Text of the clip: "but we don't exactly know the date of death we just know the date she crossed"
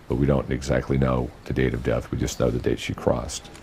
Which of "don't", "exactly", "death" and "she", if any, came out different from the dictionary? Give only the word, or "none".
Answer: none